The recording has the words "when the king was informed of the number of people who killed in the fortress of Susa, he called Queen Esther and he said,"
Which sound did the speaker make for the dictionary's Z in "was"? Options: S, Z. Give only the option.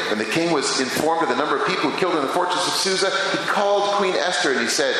Z